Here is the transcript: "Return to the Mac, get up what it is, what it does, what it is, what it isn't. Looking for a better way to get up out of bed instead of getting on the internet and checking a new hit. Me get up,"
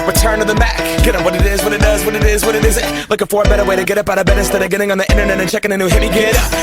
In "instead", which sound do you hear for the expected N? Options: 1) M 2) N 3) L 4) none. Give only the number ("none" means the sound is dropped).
4